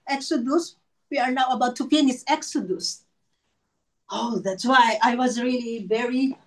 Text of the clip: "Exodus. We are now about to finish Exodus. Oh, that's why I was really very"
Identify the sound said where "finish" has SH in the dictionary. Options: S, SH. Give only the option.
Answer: S